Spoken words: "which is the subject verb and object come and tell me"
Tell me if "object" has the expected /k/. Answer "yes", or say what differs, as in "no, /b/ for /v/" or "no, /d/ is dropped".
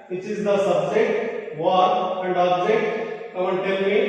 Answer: no, /k/ is dropped